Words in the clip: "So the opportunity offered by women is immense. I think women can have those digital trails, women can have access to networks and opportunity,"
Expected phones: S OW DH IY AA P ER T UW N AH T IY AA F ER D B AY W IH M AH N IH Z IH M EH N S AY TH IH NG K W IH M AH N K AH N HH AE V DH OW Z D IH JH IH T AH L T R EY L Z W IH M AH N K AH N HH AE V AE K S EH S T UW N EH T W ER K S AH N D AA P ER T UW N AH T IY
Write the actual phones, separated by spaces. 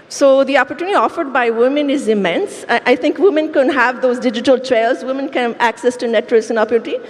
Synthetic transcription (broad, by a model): S OW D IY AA P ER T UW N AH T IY AA F ER D B AY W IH M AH N IH Z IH M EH N S AY T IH NG K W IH M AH N K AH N HH AE V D OW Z D IH JH IH T AH L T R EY L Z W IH M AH N K AH N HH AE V AE K S EH S T UW N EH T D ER S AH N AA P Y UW T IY